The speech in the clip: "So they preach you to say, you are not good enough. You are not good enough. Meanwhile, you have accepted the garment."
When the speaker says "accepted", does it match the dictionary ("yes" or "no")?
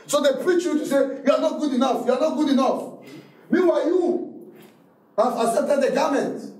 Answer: no